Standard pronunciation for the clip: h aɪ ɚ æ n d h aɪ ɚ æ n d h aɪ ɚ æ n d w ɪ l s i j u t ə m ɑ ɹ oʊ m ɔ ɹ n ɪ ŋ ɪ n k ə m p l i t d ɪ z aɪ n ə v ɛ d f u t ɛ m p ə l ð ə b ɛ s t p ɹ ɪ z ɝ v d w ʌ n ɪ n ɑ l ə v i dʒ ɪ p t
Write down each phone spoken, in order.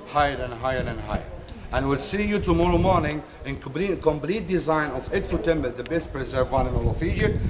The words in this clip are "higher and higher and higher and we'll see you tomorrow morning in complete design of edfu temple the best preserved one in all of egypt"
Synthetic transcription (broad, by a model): h aɪ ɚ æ n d h aɪ ɚ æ n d h aɪ ɚ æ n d w ɪ l s i j u t ə m ɑ ɹ oʊ m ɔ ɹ n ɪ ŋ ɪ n k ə m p l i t d ɪ z aɪ n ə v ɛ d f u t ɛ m b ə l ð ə b ɛ s t p ɹ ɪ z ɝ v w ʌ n ɪ n ɑ l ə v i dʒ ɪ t